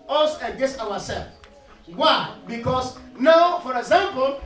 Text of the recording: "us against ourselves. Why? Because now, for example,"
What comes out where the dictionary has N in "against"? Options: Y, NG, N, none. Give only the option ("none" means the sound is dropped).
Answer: none